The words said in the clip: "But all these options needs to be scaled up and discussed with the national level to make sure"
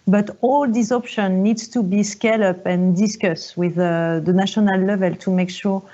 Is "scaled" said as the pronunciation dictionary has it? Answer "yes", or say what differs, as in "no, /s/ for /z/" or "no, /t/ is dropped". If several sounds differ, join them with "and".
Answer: no, /d/ is dropped